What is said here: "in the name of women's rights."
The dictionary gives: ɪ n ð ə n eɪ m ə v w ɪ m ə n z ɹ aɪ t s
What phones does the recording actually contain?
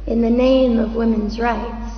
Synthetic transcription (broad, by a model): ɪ n ð ə n eɪ m ə v w ɪ m ə n z ɹ aɪ t s